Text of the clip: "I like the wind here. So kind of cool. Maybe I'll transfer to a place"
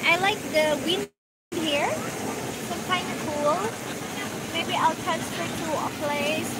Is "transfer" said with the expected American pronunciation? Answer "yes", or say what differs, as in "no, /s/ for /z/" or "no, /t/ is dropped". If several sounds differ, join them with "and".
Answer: no, /n/ is dropped